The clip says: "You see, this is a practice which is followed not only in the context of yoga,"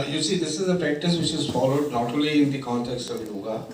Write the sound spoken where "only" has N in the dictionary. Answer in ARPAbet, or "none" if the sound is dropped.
none